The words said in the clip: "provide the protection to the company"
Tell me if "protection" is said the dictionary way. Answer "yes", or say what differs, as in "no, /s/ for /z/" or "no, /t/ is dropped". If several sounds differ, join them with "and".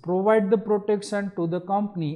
no, /s/ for /ʃ/